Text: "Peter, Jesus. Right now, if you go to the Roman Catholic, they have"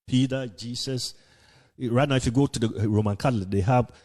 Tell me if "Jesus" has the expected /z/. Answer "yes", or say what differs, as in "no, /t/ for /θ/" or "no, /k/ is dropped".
no, /s/ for /z/